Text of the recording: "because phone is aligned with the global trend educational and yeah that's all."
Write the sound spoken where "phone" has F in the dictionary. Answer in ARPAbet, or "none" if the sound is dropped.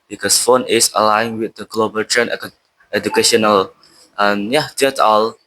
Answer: F